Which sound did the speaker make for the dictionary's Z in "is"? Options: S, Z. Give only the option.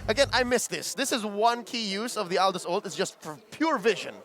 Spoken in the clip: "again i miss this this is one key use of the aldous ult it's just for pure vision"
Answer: Z